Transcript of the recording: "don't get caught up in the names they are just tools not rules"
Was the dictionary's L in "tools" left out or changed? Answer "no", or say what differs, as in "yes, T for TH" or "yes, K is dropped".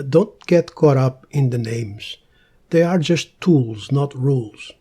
no